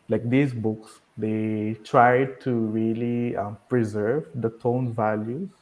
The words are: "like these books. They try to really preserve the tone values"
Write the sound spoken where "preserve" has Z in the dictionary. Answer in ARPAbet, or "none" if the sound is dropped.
Z